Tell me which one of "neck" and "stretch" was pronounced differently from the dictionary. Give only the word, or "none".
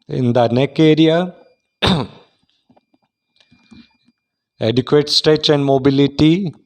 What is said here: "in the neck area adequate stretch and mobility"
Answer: stretch